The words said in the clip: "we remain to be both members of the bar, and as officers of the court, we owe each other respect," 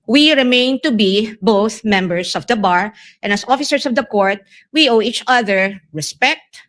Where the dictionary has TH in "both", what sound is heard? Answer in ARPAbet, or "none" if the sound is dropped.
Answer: TH